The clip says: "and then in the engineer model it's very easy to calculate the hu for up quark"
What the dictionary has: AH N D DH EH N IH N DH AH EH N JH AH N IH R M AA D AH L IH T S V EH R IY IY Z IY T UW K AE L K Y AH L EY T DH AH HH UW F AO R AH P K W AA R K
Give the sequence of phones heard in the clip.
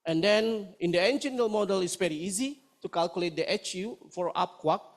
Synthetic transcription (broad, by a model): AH N D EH N IH N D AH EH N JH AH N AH L M AA D AH L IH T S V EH R IY IY Z IY T UW K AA L K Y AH L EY T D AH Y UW F AO R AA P K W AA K